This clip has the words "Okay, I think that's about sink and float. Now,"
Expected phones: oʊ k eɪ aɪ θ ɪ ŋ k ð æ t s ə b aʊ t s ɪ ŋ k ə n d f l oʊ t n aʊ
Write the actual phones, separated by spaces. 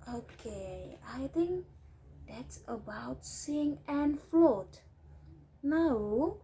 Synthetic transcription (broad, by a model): oʊ k eɪ aɪ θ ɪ ŋ k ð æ t s ə b aʊ t s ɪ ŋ ə n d f l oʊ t n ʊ